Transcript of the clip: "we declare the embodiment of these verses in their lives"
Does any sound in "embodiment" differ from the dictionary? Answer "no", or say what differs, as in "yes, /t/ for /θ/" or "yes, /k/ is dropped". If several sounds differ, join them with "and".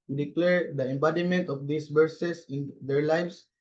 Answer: no